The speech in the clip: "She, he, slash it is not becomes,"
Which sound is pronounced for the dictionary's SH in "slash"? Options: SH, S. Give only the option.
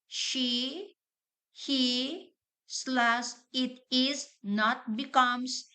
S